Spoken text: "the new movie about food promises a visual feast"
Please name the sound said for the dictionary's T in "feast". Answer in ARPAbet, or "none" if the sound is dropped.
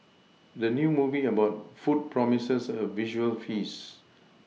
none